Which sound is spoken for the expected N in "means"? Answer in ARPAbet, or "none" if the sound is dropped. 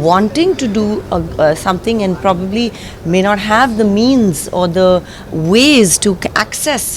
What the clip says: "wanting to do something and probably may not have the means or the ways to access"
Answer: N